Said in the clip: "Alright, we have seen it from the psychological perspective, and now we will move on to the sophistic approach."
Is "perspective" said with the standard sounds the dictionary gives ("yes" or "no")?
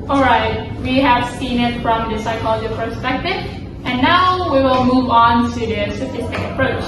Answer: yes